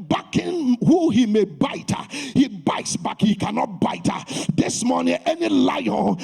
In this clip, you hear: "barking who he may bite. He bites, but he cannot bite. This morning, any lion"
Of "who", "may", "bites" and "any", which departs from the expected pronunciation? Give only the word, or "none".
none